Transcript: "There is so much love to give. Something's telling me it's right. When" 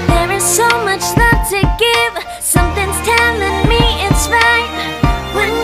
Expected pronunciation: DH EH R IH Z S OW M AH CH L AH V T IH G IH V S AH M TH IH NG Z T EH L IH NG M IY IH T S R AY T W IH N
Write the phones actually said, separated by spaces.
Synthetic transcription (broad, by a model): DH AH R IH Z S OW M AH CH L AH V T IH G IH V S AH M TH IH NG Z T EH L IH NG M IY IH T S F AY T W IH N